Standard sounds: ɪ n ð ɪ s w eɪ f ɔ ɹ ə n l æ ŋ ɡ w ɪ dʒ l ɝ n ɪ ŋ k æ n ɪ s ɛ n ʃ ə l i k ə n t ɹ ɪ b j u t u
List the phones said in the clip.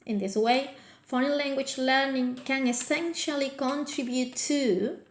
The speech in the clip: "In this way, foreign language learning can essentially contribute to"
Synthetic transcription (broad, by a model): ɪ n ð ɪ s w eɪ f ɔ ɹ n l æ ŋ ɡ w ɪ dʒ l ɝ n ɪ ŋ k æ n ɪ s ɛ n ʃ ə l i k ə n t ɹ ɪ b j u t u